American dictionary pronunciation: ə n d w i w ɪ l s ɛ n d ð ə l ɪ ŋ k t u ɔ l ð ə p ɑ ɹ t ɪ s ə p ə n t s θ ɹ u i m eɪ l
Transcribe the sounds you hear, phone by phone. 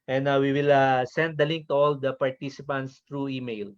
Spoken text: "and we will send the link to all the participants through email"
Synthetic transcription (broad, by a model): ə n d w i w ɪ l s ɛ n d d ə l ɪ ŋ k t u ɔ l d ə p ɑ ɹ t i s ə p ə n t s t ɹ u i m eɪ l